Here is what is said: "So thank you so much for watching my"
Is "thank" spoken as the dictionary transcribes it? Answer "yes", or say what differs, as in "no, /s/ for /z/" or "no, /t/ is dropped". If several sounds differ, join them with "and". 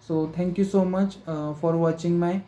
no, /t/ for /θ/